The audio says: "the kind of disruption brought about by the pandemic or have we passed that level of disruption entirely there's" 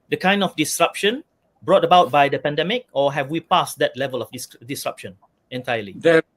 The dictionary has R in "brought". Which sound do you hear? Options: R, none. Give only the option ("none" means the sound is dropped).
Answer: R